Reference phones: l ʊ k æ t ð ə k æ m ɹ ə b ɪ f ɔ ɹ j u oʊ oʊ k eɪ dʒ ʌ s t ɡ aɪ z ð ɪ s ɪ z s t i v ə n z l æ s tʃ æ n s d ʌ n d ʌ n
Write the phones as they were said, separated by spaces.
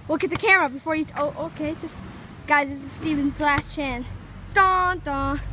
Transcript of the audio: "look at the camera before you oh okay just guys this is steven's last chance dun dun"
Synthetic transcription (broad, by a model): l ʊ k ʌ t ð ə k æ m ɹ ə b ɪ f ɔ ɹ j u oʊ oʊ k eɪ dʒ ʌ s t ɡ aɪ z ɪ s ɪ s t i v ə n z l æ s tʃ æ n d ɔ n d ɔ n